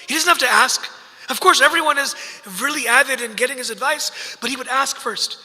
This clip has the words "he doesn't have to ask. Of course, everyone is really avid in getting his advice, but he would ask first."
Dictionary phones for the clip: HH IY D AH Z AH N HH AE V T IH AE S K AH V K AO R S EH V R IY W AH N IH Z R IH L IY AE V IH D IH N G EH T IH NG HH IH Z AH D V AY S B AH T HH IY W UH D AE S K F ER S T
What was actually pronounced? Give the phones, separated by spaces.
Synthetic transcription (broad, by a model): HH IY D AH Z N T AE F T IH AE S K AH V K AO R S EH V R IY W AH N IH Z R IH L IY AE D IH D IH N G EH T IH NG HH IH Z AH D V AY S B AH T HH IY W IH D AE S K F ER S T